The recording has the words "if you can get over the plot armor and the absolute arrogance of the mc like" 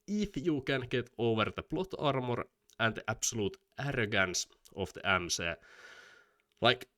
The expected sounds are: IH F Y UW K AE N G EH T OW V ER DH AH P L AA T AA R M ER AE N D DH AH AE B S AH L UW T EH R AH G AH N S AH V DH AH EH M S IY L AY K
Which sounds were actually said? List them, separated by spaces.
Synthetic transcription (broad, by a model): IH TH Y UW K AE N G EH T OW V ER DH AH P L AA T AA R M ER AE N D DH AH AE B S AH L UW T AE R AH G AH N S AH F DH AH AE M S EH L AY K